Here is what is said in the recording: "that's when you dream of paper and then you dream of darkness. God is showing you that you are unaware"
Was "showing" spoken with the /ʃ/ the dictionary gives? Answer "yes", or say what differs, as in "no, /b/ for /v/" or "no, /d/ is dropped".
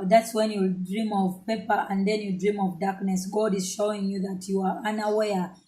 yes